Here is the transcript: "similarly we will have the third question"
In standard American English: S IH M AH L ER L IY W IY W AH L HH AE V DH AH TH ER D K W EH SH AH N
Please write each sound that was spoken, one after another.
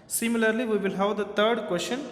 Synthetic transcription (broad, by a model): S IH M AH L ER L IY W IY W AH L HH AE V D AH T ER D K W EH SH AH N